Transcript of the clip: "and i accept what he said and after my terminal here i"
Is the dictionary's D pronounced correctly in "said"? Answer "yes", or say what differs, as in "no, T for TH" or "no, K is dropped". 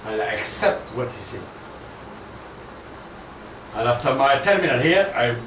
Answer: no, D is dropped